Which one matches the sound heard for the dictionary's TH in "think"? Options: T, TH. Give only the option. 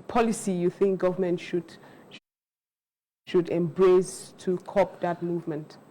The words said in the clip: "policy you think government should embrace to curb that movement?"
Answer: TH